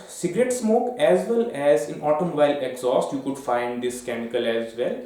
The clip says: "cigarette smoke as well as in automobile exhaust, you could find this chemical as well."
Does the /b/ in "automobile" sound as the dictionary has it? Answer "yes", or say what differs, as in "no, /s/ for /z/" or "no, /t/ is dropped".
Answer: no, /b/ is dropped